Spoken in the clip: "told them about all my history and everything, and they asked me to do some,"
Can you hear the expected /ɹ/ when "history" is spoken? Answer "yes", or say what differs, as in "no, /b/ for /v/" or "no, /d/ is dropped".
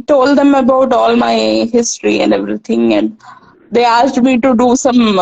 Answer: yes